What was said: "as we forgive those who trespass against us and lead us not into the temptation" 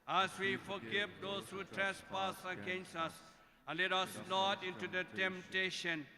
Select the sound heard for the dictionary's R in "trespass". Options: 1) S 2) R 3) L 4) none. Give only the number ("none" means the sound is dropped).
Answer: 2